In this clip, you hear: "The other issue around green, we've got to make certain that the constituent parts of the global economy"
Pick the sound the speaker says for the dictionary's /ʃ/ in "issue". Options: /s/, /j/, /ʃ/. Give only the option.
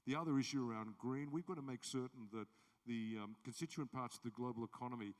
/ʃ/